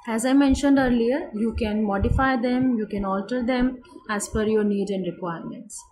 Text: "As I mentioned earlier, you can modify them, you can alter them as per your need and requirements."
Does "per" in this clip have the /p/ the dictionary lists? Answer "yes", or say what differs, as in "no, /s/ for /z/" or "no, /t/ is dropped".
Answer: no, /f/ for /p/